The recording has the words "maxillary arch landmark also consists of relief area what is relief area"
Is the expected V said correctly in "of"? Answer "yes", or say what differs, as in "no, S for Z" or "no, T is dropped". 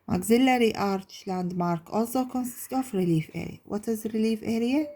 no, F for V